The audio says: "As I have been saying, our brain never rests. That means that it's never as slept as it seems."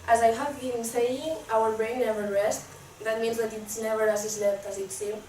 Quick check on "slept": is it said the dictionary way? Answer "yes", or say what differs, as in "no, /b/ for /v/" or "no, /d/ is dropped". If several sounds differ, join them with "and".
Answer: no, /f/ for /p/